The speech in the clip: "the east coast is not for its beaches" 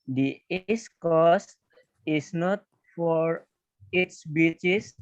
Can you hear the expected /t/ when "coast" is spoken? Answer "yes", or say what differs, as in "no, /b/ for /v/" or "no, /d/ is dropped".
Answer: no, /t/ is dropped